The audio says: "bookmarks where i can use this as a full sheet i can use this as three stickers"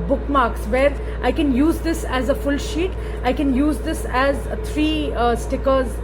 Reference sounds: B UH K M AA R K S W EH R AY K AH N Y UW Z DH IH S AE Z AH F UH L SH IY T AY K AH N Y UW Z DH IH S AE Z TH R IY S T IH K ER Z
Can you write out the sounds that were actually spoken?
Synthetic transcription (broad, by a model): B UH K M AA R K S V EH R AY K AH N Y UW Z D IH S AE Z AH F UH L SH IY T AY K AH N Y UW Z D IH S AE Z T R IY S T IH K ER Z